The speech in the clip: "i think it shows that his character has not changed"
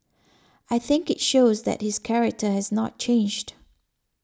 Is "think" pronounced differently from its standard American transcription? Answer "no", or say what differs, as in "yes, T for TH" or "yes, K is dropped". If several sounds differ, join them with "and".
no